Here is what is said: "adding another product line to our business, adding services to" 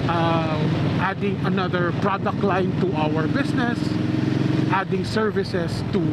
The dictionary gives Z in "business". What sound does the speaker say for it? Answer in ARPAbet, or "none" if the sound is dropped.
S